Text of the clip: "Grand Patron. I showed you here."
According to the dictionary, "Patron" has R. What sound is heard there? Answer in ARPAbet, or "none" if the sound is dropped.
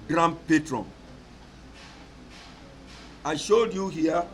R